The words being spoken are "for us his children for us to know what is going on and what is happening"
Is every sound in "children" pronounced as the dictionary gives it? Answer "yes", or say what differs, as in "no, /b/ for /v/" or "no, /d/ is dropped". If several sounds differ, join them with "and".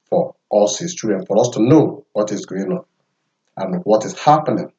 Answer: no, /l/ is dropped